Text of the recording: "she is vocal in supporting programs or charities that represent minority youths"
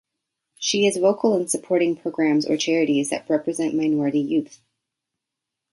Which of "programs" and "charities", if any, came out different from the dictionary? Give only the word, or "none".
none